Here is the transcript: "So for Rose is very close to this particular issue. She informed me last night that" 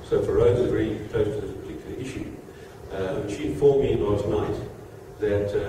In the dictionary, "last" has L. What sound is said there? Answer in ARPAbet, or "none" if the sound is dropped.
N